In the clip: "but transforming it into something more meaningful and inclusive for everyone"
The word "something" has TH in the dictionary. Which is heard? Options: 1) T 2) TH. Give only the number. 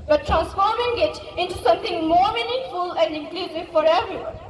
1